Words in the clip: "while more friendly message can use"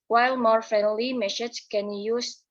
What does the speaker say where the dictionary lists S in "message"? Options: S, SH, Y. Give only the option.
SH